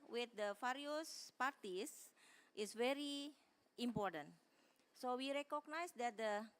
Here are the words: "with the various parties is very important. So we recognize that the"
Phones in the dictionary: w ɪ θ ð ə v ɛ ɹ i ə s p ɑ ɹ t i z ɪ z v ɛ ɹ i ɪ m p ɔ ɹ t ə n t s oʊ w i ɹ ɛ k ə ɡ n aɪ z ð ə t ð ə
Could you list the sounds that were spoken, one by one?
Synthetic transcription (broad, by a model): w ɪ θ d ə f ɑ ɹ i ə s p ɑ ɹ t i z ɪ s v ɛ ɹ i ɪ m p ɔ ɹ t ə n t s oʊ w i ɹ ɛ k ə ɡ n aɪ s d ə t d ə